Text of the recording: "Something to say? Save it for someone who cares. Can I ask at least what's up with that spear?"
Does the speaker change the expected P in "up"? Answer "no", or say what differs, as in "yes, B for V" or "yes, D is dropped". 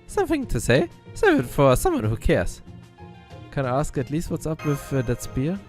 no